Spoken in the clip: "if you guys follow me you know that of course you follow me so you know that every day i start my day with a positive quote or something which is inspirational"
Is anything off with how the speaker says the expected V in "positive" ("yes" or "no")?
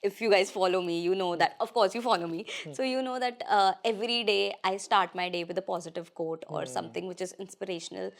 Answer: no